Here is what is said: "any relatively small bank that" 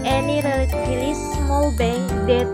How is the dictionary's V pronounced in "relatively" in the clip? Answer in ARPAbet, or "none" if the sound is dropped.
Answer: none